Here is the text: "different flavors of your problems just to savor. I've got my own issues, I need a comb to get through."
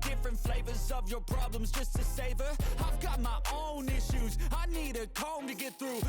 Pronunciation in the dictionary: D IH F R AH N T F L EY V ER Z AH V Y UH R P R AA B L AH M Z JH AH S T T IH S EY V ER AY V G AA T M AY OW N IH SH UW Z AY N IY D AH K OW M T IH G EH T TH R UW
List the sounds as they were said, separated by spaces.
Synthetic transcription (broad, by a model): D IH F R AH N T F L EY V ER Z AH V Y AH R P R AA B L AH M Z JH AH S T T IH S EY V ER AY V G AA T M AY OW N IH SH UW Z AY N IY D AH K OW M T IH G EH T TH R UW